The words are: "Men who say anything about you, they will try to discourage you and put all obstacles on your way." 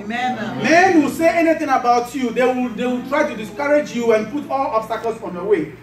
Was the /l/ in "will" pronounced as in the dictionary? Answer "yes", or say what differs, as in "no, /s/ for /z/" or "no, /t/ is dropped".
no, /w/ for /l/